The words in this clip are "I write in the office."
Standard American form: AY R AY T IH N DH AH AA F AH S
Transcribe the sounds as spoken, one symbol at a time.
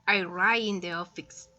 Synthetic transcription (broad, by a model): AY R AY IH N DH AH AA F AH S